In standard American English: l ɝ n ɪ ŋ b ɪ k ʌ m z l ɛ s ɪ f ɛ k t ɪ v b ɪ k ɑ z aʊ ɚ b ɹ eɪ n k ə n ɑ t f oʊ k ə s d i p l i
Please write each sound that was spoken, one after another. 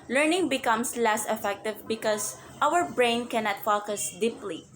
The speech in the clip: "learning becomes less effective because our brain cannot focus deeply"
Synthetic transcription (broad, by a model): l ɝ n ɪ ŋ b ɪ k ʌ m s l ɛ s ɪ f ɛ k t ɪ v b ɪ k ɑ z aʊ ɚ b ɹ eɪ n k ə n ɑ t f oʊ k ə s d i p l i